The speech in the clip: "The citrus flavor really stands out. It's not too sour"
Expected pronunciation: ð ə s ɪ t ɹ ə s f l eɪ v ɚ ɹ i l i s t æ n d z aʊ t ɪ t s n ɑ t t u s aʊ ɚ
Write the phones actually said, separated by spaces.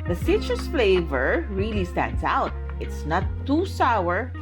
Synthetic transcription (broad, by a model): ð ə s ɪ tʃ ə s f l eɪ v ɚ ɹ i l i s t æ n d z aʊ t ɪ t s n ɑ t t u s aʊ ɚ